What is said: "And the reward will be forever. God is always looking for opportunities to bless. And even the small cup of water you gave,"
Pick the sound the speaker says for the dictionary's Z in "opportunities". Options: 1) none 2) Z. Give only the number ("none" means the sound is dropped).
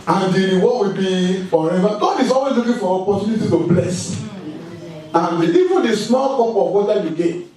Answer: 1